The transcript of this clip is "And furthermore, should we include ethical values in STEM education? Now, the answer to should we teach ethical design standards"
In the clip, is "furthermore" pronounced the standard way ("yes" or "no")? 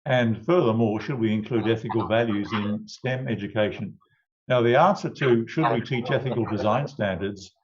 yes